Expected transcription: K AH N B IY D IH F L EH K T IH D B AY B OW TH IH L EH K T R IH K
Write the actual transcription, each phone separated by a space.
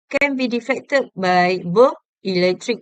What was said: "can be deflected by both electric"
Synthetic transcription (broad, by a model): K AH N B IY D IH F EH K T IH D B AY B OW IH L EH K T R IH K